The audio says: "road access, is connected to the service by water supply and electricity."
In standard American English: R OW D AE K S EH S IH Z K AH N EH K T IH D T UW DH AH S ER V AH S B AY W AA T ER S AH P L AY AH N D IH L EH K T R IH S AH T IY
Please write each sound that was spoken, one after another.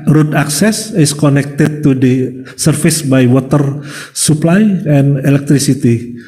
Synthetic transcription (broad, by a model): R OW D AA K S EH S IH S K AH N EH K T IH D T UW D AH S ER F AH S B AY W AA T ER S AH P L AY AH N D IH L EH K T R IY S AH T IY